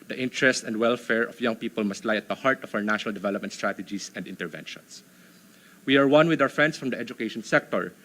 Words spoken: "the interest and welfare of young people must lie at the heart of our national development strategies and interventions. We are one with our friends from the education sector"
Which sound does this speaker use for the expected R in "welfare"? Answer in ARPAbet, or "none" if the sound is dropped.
R